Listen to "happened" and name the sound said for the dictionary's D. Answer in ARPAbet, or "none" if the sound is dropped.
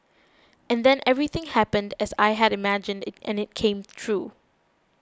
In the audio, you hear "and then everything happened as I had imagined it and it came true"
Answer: D